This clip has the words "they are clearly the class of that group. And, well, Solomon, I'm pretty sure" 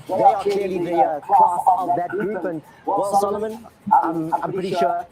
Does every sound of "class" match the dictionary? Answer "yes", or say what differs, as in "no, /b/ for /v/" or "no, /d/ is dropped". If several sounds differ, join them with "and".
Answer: no, /l/ is dropped